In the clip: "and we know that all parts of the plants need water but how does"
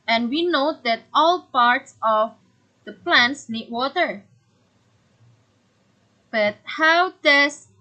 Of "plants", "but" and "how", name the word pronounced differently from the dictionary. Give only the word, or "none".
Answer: none